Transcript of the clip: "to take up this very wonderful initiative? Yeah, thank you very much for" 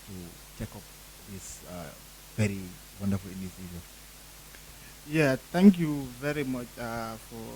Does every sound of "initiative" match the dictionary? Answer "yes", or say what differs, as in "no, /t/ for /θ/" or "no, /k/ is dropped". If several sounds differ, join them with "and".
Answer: no, /s/ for /ʃ/